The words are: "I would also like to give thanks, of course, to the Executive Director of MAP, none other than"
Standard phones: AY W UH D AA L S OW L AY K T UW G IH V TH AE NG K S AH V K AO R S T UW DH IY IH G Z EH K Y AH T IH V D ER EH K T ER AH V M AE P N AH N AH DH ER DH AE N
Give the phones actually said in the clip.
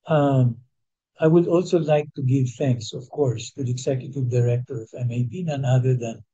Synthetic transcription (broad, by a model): AY W UH D AA L S OW L AY K T UW G IH V TH AE NG K S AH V K AO R S T UW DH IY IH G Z EH K Y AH T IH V D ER EH K T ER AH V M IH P N AH N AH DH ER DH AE N